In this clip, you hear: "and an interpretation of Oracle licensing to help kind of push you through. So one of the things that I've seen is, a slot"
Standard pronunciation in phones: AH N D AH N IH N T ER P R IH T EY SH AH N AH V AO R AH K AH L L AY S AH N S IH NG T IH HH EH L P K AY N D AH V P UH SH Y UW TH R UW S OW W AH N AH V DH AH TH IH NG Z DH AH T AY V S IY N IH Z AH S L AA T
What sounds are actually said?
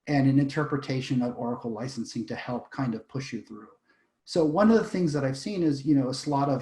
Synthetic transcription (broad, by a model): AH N AH N IH N T ER P R IH T EY SH AH N AH V AO R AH K L L AY S N S IH NG T IH HH EH L P K AY N D AH V P UH SH Y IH TH R UW S OW W AH N AH V DH AH TH IH NG Z DH AH T AY V S IY N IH Z AH S L AA T